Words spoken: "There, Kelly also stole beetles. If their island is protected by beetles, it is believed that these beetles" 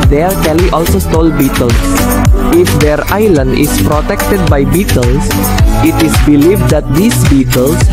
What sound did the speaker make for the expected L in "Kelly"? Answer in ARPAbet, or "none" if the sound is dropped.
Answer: W